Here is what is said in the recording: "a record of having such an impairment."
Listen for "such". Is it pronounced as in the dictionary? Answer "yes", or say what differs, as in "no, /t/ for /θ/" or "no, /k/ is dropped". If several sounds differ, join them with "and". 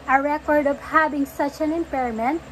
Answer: yes